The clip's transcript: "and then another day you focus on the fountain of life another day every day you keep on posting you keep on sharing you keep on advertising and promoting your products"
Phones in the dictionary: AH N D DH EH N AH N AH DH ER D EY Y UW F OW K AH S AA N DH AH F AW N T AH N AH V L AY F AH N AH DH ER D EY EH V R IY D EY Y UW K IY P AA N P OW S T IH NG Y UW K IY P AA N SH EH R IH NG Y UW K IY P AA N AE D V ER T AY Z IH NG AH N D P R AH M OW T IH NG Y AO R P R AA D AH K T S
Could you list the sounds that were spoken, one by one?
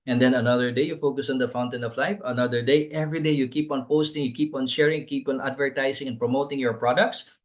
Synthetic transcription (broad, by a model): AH N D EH N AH N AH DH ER D EY Y UW F OW K AH S AA N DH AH F AW N T AH N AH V L AY F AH N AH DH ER D EY EH V R IY D EY Y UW K IY P AA N P OW S T IH NG Y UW K IY P AA N SH EH R IH NG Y K IY P AA N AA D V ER T AY S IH NG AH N P R AH M OW T IH NG Y AO R P R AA D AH K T S